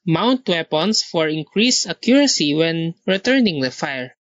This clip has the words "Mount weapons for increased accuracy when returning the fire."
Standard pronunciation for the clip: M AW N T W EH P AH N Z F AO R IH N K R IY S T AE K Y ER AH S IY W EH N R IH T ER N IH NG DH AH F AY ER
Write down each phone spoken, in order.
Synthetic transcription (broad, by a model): M AW N T W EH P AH N S F AO R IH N K R IY S AH K Y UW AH S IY W EH N R IH T ER N IH NG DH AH F AY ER